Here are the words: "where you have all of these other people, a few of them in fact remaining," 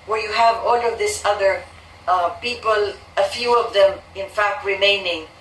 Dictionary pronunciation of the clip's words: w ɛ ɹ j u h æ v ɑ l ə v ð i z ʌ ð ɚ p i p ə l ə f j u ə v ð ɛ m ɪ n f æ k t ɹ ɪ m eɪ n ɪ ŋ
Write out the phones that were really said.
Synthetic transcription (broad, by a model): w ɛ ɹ j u h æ v ɑ l ə v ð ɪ s ʌ ð ɚ p i p ə l ə f j u ə v ð ɛ m ɪ n f æ k t ɹ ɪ m eɪ n ɪ ŋ